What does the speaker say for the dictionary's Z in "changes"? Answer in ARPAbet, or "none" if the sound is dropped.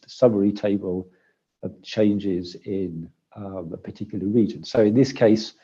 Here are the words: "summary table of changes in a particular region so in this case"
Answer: Z